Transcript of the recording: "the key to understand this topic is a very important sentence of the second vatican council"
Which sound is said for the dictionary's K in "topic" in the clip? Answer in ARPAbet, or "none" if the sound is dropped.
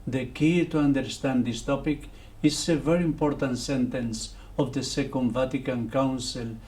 K